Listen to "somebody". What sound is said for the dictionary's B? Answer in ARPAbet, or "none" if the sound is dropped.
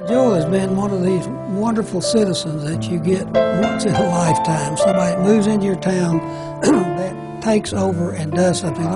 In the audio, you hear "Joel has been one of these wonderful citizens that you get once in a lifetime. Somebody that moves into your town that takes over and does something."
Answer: none